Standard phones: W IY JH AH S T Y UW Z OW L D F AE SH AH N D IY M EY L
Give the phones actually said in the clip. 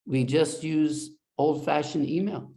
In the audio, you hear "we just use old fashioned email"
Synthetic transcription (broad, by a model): W IY JH AH S T Y UW Z OW L D F AE SH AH N IY M EY L